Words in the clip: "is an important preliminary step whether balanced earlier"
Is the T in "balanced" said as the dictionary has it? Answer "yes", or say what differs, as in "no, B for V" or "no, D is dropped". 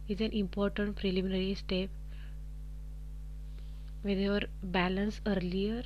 no, T is dropped